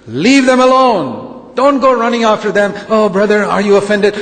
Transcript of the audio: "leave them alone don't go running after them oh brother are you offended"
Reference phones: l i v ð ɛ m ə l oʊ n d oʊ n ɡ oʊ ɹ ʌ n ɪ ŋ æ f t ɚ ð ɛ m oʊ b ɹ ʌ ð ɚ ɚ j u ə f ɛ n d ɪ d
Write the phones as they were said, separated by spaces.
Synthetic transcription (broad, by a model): l i v ð ɛ m ə l oʊ n d oʊ n ɡ oʊ ɹ ʌ n ɪ ŋ æ f t ɚ ð ɛ m oʊ b ɹ ʌ ð ɚ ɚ j u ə f ɛ n d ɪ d